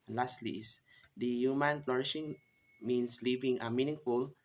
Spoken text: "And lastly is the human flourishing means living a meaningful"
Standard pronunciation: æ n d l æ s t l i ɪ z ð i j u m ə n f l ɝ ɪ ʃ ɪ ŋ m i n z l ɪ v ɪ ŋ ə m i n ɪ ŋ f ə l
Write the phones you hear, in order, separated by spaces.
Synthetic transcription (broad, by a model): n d l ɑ s t l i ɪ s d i j u m ə n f l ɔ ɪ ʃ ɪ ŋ m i n s l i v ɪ ŋ ə m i n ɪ ŋ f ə l